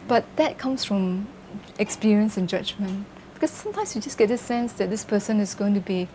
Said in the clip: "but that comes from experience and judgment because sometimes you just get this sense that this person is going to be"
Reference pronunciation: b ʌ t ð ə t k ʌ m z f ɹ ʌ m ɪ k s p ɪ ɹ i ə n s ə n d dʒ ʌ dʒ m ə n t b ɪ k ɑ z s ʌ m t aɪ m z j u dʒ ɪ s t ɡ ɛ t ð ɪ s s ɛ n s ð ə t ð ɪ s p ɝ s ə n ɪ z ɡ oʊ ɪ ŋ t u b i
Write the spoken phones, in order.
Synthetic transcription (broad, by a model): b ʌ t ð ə t k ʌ m s f ɹ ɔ m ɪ k s p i ɹ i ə n s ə n dʒ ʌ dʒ m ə n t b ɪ k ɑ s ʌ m t aɪ m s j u dʒ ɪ s ɡ ɛ t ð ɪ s s ɛ n s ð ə t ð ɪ s p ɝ s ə n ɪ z ɡ oʊ ɪ ŋ t u b i